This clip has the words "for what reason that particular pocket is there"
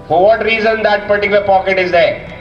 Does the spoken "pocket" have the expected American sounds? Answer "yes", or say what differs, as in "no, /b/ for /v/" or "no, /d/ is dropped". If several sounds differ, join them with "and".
yes